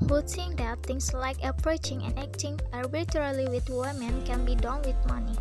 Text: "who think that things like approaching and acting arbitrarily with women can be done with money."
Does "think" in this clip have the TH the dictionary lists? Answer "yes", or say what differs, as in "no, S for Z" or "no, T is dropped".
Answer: no, S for TH